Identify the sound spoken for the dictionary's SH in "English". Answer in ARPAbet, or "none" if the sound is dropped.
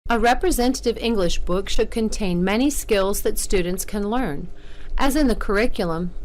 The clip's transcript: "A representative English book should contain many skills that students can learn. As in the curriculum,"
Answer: SH